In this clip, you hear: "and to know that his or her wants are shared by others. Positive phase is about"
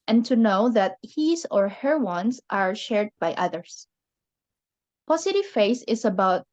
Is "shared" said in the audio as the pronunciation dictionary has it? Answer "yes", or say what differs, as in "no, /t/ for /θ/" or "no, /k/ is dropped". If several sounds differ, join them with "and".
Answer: yes